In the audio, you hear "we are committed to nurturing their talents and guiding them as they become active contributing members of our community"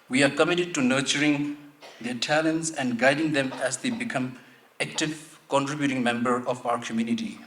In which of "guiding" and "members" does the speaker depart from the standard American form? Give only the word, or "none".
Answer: members